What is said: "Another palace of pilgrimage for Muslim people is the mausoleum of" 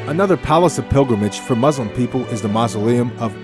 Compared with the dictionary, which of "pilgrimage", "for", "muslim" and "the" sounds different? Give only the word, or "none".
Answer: none